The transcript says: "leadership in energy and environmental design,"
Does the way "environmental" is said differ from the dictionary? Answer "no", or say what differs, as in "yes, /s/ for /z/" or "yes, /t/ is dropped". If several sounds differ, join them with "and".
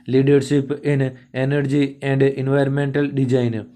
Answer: no